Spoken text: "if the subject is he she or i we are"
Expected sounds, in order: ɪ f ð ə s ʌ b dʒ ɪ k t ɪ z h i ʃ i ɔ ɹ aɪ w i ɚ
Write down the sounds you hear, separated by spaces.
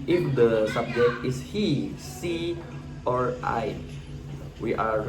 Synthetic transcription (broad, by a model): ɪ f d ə s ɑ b dʒ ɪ k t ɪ s h i s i ɔ ɹ aɪ w i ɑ